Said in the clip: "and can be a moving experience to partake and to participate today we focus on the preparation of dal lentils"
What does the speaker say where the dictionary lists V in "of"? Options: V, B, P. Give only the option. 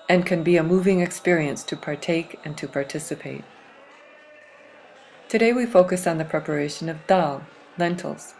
V